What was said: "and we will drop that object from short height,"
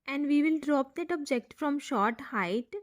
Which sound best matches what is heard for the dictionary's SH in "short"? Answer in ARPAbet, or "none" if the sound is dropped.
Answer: SH